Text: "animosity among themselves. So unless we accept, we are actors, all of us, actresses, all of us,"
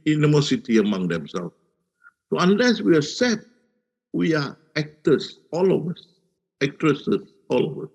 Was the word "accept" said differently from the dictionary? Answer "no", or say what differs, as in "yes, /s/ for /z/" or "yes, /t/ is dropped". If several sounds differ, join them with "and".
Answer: yes, /k/ is dropped